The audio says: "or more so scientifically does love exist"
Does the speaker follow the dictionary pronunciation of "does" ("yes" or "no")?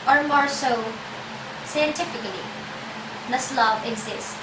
no